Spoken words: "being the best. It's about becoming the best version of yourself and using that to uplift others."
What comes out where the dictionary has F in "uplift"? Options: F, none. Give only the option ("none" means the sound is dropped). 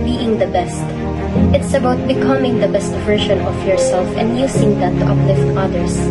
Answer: F